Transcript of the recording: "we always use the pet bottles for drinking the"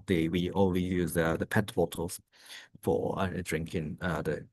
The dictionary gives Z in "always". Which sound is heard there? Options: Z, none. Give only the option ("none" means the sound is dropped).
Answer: none